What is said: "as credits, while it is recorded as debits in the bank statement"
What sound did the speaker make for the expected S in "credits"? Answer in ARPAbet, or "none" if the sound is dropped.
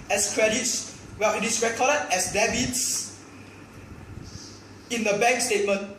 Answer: S